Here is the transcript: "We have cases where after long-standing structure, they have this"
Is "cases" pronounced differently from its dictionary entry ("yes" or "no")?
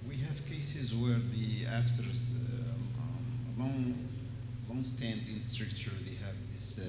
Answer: no